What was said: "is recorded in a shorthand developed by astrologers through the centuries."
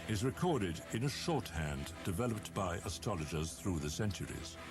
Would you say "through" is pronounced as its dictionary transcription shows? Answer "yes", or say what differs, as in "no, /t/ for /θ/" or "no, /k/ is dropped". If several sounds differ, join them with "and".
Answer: yes